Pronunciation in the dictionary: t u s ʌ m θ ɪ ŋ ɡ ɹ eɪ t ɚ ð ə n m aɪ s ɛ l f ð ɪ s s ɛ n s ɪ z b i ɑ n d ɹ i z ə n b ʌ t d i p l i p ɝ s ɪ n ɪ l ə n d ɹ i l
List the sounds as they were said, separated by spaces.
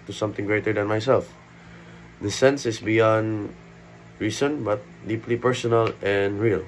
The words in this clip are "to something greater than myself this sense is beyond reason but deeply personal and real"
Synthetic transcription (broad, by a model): t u s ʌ m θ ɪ ŋ ɡ ɹ eɪ t ɚ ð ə n m aɪ s ɛ l f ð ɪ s s ɛ n s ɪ s b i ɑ n d ɹ i s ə n b ʌ t d i p l i p ɝ s ɪ n ɪ l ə n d ɹ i l